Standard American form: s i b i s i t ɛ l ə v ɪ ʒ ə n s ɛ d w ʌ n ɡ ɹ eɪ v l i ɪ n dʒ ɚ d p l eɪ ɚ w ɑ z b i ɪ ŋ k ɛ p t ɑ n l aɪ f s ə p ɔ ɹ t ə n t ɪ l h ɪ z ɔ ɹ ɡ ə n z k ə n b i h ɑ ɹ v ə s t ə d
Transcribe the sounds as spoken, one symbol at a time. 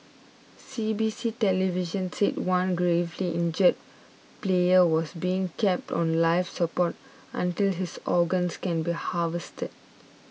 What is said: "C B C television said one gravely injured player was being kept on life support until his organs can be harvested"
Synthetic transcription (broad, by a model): s i b i s i t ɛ l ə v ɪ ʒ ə n s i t w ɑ n ɡ ɹ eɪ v l i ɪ n dʒ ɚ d p l eɪ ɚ w ɑ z b i ɪ ŋ k ɛ p t ɑ n l aɪ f s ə p ɔ t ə n t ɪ l h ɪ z ɔ ɡ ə n s k ə n b i h ɑ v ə s t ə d